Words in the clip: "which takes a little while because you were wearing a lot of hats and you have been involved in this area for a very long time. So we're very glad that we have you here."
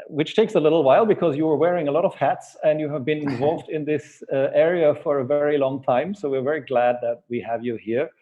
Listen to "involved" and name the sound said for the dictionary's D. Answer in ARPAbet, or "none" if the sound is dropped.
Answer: D